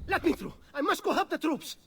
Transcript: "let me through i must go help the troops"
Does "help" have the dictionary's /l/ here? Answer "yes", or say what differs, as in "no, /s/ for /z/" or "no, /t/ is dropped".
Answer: no, /l/ is dropped